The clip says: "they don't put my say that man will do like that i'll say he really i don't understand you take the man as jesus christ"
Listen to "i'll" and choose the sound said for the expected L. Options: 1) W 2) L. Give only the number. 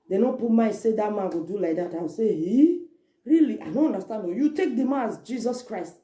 1